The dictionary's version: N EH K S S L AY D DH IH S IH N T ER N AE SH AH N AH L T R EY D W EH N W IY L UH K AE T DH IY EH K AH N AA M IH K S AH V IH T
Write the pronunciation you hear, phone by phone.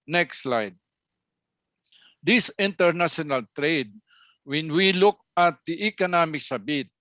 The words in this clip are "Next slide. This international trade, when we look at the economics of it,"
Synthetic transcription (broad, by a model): N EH K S S L AY D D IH S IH N T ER N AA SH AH N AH L T R EY D W EH N W IY L UH K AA T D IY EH K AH N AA M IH K S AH B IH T